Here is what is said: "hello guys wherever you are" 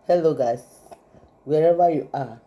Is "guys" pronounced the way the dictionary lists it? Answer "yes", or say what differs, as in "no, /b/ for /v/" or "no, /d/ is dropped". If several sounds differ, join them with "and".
no, /s/ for /z/